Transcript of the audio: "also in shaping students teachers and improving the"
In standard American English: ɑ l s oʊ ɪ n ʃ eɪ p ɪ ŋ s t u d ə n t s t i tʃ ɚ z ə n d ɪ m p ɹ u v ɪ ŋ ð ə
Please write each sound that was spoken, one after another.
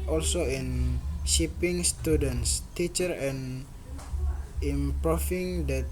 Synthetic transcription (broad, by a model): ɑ l s oʊ ɪ n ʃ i p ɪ ŋ s t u d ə n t s t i tʃ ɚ ə n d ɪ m p ɹ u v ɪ ŋ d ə